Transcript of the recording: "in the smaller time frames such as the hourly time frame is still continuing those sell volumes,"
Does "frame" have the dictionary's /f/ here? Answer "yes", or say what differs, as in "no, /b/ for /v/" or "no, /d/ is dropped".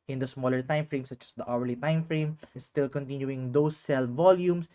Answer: yes